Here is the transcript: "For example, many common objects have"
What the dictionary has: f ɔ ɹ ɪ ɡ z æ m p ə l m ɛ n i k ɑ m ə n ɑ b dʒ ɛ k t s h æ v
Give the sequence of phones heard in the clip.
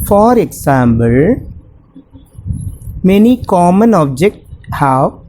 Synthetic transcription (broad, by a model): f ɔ ɹ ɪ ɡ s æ m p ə l m ɛ n i k ɑ m ə n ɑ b dʒ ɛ k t h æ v